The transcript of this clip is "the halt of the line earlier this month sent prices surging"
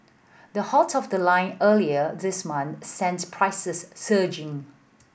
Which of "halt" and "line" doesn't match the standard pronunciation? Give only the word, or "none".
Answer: halt